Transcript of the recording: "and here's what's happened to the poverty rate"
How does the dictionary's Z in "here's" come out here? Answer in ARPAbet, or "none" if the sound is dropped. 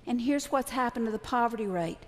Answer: Z